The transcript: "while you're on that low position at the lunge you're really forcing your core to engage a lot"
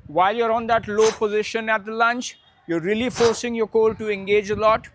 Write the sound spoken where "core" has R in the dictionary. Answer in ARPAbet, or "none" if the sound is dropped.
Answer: L